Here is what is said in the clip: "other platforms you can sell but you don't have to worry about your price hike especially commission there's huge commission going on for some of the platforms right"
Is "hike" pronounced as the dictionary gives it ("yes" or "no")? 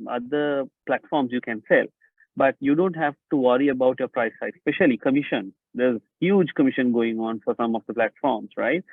no